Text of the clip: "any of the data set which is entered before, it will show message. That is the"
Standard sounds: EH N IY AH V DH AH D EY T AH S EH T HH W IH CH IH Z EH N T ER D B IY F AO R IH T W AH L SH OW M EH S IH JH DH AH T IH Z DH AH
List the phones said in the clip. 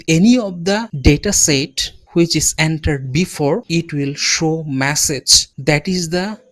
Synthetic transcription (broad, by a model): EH N IY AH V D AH D EY T AH S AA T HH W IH CH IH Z EH N T ER D B IY F AO R IH T W AH L SH OW M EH S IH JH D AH T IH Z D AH